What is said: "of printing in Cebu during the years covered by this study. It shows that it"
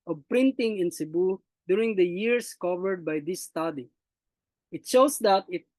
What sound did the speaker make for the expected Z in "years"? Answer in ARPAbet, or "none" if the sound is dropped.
S